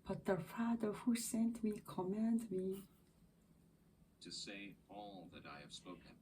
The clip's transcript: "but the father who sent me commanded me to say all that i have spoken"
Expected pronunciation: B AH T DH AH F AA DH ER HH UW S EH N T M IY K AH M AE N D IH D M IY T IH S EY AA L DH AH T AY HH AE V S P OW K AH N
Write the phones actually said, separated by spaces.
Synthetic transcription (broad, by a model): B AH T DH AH F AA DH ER HH UW S EH N T M IY K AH M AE N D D M IY T IH S EY AA L DH AH T AY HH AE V S P OW K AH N